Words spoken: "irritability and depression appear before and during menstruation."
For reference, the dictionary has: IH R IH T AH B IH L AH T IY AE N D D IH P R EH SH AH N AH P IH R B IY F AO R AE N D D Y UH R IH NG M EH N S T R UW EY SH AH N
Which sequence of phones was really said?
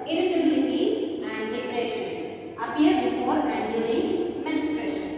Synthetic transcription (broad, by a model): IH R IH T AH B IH L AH T IY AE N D D IH P R EH SH AH N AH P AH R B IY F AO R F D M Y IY L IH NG M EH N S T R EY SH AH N